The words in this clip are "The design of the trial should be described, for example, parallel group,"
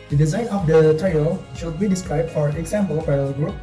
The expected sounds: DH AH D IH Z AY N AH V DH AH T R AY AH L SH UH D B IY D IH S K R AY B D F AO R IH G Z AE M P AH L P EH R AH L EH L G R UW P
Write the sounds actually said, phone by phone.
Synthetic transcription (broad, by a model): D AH D IH Z AY N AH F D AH T R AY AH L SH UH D B IY D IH S K R AY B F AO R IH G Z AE M P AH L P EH AH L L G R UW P